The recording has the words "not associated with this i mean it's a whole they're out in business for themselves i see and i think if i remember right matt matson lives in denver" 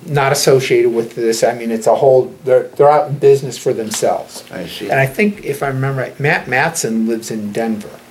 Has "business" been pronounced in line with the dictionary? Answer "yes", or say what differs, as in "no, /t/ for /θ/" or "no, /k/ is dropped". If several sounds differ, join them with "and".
yes